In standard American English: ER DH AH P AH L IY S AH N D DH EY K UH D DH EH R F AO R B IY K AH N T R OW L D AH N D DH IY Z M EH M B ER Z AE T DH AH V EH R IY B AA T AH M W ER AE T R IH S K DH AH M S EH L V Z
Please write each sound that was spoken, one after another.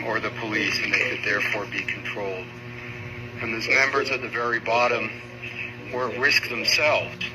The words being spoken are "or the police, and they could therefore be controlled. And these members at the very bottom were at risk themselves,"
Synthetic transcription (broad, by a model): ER DH AH P AH L IY S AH N DH EY K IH D DH EH R F AO R B IY K N T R OW L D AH N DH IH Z M EH M B ER Z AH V DH AH V EH R IY B AA T AH M W ER R IH S K DH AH M S EH L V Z